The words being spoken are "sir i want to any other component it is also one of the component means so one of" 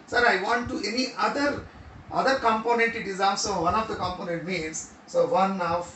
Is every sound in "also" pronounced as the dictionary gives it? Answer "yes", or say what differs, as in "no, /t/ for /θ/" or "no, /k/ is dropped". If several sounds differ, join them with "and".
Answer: no, /l/ is dropped